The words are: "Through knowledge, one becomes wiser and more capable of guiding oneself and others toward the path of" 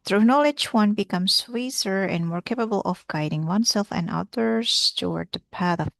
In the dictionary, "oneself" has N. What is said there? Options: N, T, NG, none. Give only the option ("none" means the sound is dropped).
N